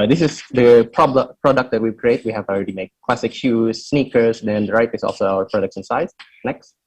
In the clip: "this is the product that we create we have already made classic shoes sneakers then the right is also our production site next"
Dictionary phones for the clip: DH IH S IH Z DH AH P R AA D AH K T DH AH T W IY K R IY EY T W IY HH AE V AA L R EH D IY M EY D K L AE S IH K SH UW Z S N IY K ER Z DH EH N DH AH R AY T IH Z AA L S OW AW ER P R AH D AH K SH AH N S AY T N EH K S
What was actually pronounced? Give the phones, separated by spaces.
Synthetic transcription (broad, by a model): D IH S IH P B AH P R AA D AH K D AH T W IY K R IY EY T W IY HH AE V AA L R EH D IY M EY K K L AE S IH K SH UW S N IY K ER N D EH N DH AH R AY T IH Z AA L S OW AW ER P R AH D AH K S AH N S AY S N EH K S